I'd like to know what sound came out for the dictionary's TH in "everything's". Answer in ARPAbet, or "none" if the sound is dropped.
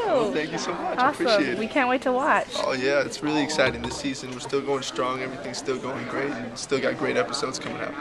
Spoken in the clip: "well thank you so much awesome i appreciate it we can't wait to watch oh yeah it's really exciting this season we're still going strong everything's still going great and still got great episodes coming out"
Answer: TH